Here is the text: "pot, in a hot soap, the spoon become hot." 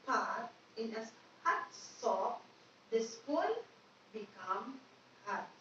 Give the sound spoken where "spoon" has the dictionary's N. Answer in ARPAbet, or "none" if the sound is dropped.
L